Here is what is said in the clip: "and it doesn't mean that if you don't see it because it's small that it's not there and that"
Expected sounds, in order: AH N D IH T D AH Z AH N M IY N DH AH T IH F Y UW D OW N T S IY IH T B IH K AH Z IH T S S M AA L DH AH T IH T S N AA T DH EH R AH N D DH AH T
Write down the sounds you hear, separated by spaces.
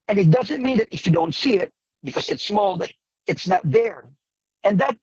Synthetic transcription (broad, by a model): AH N IH T D AH Z AH N M IY N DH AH T IH F Y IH D OW N T S IY IH T B IH K AH Z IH T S S M AA L DH AH T IH T S N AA T DH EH R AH N DH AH T